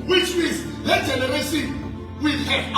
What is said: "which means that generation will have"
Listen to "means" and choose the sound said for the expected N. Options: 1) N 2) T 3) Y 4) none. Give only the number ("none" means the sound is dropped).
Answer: 4